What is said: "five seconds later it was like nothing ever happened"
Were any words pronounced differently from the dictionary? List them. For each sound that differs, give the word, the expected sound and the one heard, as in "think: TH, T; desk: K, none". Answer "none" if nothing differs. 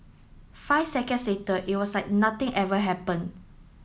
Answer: seconds: Z, S; was: Z, S; nothing: TH, T; happened: D, none